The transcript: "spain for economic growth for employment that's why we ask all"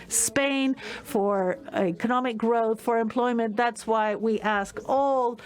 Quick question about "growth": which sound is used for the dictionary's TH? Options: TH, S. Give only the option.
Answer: TH